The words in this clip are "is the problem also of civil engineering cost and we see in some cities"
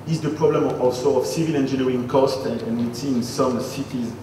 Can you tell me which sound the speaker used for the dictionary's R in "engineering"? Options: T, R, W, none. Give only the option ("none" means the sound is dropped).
none